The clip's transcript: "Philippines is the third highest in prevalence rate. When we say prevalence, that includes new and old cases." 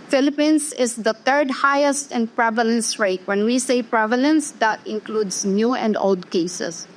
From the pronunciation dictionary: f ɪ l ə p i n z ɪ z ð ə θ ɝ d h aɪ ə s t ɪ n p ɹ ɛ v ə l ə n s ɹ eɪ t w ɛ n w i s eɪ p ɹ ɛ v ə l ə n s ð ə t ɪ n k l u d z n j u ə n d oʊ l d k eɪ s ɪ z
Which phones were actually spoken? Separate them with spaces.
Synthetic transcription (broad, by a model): f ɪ l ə p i n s ɪ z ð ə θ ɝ d h aɪ ə s t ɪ n p ɹ ɛ v ə l ə n s ɹ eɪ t w ɛ n w i s eɪ p ɹ ɛ v ə l ə n s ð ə t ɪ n k l u d s n j u ə n d oʊ l d k eɪ s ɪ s